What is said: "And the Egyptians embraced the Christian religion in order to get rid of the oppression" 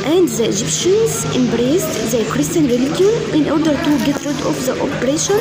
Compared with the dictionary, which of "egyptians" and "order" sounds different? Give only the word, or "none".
none